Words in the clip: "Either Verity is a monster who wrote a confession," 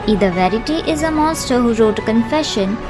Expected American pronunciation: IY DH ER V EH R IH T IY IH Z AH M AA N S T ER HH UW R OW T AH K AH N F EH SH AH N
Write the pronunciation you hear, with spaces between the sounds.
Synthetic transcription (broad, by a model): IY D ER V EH R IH T IY IH Z AH M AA S T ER HH UW R OW T K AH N F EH SH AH N